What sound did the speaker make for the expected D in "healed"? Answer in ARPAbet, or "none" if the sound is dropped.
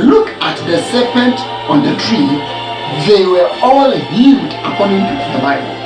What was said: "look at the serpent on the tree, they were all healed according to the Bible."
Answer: D